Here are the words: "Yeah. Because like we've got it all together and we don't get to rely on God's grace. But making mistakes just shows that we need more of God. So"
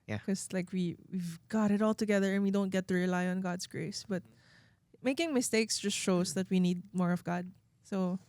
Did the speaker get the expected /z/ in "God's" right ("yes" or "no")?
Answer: no